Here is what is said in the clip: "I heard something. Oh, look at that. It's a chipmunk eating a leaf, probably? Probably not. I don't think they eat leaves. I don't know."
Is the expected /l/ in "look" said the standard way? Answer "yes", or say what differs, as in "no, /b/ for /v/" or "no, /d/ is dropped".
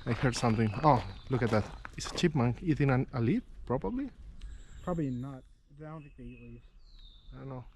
yes